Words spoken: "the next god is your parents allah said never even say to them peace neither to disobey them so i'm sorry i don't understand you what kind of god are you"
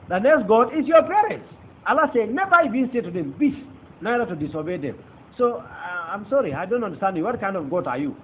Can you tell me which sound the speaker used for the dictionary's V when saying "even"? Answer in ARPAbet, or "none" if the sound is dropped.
B